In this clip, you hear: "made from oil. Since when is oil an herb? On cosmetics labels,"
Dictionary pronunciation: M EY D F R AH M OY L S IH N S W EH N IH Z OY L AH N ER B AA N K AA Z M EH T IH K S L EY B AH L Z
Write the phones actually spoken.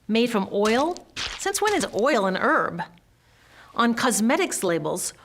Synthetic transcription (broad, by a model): M EY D F R AH M OY L S IH N S W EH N IH Z OY L AH N ER B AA N K AA Z M EH T IH K S L EY B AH L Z